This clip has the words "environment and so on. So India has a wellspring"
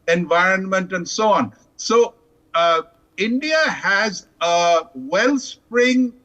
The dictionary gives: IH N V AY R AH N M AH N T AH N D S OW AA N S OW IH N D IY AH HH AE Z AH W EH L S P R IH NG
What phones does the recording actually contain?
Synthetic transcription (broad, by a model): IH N V AY R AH N M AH N T AH N D S OW AA N S OW IH N D IY AH HH AE Z AH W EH L S P R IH NG